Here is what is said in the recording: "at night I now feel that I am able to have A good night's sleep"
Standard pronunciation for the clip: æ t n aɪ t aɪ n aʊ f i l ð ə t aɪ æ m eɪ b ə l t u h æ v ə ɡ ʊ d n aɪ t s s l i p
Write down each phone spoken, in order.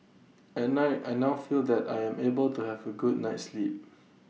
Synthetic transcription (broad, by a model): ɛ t n aɪ t aɪ n aʊ f i l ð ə t aɪ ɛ m eɪ b ə l t u h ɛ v ə ɡ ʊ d n aɪ t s s l i p